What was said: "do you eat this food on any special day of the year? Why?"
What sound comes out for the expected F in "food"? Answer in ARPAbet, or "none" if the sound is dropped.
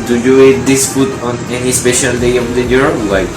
P